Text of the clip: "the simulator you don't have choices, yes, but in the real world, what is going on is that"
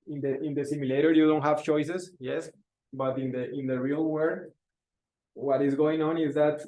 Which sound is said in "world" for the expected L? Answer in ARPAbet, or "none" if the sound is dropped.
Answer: none